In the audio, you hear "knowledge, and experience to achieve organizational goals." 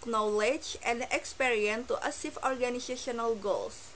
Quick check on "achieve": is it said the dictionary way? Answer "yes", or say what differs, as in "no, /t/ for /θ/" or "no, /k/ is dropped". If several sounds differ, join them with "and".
no, /s/ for /tʃ/